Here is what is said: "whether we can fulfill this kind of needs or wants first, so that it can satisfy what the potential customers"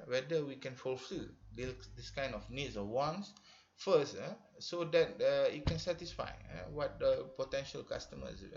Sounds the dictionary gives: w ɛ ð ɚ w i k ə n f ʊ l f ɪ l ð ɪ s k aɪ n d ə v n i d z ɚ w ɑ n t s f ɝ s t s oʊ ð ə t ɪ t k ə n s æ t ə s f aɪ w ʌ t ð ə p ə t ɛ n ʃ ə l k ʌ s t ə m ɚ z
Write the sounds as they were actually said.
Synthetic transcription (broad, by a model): w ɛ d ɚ w i k ə n f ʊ l f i l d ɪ s k aɪ n d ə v n i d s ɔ w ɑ n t s f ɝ s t s oʊ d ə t ɪ t k ə n s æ t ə s f aɪ w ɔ t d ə p ə t ɛ n ʃ ə l k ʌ s t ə m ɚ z